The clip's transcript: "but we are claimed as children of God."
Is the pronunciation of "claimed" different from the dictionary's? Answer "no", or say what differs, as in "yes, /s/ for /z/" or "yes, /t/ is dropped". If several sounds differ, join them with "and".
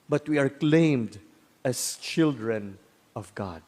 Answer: no